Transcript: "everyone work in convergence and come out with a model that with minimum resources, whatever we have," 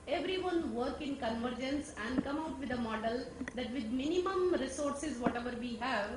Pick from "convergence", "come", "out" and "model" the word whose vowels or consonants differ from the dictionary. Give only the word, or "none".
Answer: none